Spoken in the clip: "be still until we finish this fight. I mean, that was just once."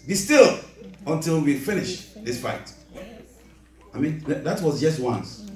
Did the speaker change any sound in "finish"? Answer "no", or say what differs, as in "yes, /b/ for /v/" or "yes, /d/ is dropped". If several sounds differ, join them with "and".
no